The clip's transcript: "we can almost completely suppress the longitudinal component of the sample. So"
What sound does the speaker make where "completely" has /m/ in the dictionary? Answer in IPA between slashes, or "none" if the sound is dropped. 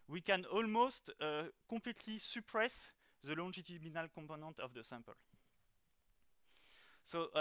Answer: none